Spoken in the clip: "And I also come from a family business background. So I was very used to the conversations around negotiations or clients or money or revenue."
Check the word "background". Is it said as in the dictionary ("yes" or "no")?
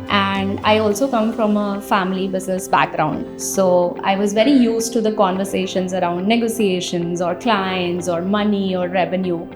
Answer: yes